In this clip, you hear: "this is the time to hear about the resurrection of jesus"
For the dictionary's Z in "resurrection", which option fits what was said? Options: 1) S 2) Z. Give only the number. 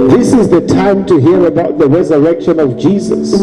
2